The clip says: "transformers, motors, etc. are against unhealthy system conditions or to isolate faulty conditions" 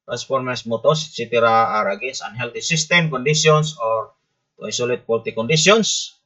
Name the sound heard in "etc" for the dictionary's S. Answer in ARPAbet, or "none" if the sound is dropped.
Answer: none